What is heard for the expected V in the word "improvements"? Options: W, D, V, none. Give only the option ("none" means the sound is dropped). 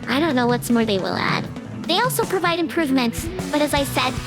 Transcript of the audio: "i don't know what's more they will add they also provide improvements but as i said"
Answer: V